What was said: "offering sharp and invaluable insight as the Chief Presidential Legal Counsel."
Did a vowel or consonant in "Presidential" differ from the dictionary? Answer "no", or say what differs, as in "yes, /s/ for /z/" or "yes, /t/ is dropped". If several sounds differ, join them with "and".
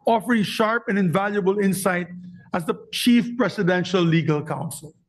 yes, /s/ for /z/